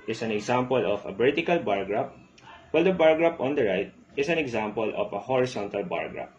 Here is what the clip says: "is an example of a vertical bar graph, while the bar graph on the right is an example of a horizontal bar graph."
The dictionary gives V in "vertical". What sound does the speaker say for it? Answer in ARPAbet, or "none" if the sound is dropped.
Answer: B